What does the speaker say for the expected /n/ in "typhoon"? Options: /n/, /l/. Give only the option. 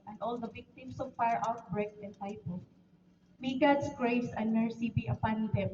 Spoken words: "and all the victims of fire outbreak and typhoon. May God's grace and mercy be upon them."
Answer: /l/